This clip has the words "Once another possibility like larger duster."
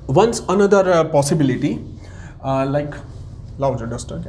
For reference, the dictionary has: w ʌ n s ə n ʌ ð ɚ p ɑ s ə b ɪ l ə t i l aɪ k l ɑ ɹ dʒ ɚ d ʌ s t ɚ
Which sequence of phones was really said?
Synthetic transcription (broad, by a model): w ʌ n s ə n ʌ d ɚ p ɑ s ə b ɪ l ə t i l aɪ k l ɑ w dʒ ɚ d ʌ s t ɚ